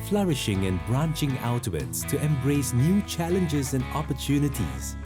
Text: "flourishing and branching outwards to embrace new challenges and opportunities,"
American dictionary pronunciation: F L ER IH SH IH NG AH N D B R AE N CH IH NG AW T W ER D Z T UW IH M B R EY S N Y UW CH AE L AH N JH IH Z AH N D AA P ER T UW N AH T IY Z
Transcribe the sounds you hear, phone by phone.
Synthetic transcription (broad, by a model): F L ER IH SH IH NG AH N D B R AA N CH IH NG AW T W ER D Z T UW IH M B R EY S N Y UW CH AE L AH N JH IH Z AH N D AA P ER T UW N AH T IY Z